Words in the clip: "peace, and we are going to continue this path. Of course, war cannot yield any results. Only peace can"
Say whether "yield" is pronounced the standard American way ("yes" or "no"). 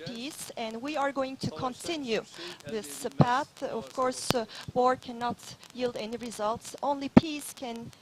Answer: yes